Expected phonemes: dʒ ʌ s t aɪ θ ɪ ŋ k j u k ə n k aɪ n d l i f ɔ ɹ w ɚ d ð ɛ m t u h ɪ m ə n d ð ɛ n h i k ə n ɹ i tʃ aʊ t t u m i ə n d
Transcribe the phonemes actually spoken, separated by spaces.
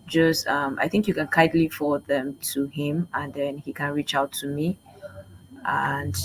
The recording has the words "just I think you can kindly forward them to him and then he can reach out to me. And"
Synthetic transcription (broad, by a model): dʒ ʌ s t aɪ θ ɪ ŋ k j u k ə n k aɪ d l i f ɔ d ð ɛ m t u h ɪ m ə n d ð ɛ n h i k ə n ɹ i tʃ aʊ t t u m i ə n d